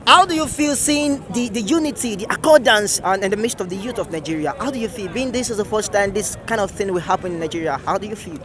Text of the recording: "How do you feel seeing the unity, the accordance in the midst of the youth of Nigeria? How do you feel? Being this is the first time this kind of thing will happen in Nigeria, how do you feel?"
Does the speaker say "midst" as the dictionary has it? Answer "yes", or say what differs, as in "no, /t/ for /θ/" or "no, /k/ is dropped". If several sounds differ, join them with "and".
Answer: yes